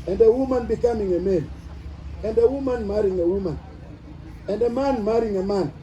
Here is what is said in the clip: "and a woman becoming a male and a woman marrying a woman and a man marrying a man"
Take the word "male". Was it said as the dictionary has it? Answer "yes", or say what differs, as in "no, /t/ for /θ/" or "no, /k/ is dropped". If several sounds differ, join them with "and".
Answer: no, /n/ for /l/